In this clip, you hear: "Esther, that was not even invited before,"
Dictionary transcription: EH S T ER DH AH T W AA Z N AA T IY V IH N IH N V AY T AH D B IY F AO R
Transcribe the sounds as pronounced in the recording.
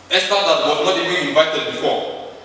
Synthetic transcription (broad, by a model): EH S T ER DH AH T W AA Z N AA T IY B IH IH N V AY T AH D B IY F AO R